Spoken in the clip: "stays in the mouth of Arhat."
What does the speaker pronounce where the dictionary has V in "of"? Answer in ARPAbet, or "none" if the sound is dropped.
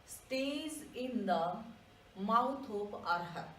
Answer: P